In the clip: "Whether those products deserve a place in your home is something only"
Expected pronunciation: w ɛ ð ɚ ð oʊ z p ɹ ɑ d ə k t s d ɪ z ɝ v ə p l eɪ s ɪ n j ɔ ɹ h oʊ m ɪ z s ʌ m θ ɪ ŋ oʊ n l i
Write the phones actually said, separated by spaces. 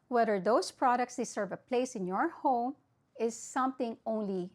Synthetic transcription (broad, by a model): w ɛ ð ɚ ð oʊ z p ɹ ɑ d ə k t s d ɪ s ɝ v ə p l eɪ s ɪ n j ɔ ɹ h oʊ m ɪ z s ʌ m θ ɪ ŋ oʊ n l i